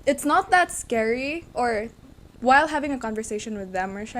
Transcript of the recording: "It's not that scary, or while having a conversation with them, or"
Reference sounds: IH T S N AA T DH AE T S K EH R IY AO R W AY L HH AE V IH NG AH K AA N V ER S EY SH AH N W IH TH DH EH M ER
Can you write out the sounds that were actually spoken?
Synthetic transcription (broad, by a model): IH T S N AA T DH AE T S K EH R IY AO R W AY L HH AE V IH NG AH K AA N V ER S EY SH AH N W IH DH EH M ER